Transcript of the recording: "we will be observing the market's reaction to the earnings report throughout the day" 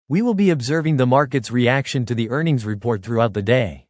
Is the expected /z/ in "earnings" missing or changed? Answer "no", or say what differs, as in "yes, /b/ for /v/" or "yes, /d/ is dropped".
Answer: no